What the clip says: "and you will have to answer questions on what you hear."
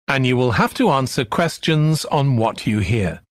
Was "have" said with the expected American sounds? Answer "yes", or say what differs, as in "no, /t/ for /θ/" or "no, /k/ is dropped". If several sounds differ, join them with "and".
no, /f/ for /v/